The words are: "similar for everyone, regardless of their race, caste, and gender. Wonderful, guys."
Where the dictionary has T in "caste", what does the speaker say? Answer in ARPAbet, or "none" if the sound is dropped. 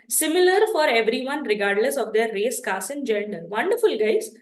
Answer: none